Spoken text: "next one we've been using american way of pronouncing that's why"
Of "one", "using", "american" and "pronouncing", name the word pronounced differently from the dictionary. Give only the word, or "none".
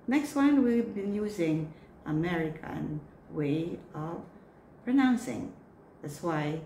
none